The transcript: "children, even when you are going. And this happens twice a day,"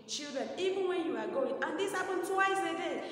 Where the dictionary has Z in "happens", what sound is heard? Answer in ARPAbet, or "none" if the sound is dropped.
none